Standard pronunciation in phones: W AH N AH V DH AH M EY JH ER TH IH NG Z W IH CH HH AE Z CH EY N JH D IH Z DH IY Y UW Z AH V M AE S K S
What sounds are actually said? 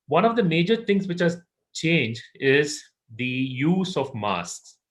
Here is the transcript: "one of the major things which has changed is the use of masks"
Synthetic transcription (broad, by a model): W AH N AH V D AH M EY JH ER T IH NG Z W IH CH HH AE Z CH EY N JH IH Z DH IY Y UW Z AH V M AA S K S